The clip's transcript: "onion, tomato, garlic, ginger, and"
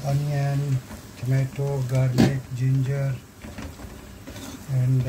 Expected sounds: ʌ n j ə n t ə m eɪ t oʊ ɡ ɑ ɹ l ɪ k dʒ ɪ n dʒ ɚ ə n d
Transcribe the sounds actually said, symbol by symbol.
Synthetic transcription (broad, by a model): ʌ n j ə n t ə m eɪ t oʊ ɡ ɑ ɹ n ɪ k dʒ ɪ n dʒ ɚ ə n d